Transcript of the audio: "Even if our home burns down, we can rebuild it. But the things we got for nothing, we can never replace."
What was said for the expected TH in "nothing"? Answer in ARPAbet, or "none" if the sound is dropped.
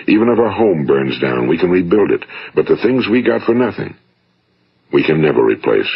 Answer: TH